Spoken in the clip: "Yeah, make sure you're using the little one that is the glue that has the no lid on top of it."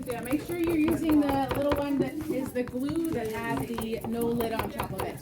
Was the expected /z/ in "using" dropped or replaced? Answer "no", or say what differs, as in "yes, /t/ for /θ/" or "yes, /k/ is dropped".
no